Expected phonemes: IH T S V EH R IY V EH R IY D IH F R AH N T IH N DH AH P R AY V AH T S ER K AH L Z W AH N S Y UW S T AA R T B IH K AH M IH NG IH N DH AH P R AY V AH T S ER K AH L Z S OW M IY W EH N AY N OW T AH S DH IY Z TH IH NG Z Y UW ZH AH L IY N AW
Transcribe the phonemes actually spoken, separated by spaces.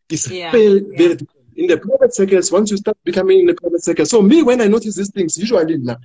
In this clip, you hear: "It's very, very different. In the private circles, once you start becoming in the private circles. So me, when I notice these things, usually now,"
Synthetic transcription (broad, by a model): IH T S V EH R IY V EH R IY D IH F AH N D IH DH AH P R AY V AH T S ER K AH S W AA N S Y UW S T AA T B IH K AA M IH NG IH N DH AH P R AY V AH T S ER K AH S OW M IY W EH N AY N OW T AH S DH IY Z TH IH NG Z Y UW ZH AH L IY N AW